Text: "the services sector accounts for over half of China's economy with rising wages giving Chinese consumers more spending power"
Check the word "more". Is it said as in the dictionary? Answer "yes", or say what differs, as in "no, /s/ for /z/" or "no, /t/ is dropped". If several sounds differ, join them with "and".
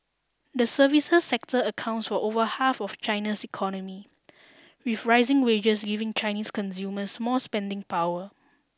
no, /l/ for /ɹ/